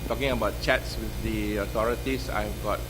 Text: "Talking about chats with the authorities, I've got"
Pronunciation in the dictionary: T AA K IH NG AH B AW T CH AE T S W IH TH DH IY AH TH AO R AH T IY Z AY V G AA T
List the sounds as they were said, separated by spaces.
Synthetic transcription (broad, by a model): T AA K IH NG AH B AW T CH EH T S W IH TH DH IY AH T AO R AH T IY S AY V G AA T